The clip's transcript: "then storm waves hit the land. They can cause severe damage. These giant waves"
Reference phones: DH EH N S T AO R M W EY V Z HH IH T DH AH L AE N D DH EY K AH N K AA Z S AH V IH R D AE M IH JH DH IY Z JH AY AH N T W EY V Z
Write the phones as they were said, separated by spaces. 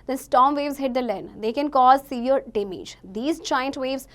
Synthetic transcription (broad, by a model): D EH N S T AO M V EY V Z HH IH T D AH L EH N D EY K AH N K AA Z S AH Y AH R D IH M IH JH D IY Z CH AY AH N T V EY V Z